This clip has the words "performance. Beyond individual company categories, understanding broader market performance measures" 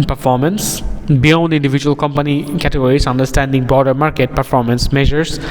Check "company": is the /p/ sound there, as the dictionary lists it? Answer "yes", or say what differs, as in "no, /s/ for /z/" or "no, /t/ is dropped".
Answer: yes